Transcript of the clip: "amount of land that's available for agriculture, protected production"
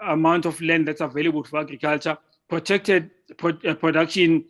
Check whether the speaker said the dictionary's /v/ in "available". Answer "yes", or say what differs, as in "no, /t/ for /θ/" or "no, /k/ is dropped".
yes